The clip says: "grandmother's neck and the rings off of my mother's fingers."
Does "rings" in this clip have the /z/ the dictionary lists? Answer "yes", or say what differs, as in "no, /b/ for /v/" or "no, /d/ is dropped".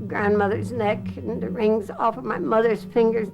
yes